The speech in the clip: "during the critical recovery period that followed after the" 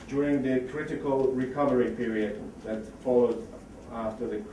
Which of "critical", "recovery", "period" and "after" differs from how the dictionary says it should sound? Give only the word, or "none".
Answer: none